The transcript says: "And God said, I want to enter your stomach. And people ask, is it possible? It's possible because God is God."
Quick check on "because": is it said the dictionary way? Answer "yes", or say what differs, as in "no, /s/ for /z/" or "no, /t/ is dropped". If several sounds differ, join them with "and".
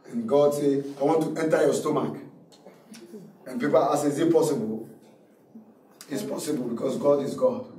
no, /s/ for /z/